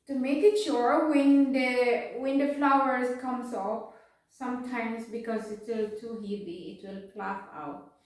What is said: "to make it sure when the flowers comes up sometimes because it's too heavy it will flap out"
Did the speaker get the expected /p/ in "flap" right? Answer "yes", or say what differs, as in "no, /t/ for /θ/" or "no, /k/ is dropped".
no, /f/ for /p/